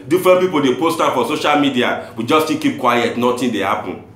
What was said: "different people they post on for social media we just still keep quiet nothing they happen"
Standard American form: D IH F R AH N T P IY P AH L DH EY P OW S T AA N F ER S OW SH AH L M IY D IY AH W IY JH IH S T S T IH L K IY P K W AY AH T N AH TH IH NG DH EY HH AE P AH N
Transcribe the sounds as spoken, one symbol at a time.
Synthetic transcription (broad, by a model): D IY F R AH N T P IY P AH L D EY P OW S T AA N F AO S OW SH AH L M IY D IY AH W IY JH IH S S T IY K IY P K W AY AH T N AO T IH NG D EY HH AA P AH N